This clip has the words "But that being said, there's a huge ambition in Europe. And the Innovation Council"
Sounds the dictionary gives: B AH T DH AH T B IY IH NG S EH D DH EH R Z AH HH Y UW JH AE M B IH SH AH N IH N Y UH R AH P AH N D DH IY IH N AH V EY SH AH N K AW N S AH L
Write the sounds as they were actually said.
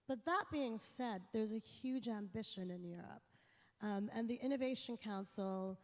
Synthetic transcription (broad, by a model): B AH T DH AH T B IY IH NG S EH D DH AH R Z AH HH Y UW JH AE M B IH SH AH N IH N Y UH R AH P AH N DH IY IH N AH V EY SH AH N K AW N S L